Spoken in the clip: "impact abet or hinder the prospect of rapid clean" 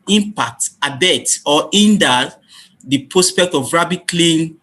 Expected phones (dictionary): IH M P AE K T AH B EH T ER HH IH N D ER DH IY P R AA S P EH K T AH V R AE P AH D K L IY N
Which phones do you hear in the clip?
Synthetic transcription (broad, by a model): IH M P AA K T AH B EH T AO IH N D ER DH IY P R AA S P EH K T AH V R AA B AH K L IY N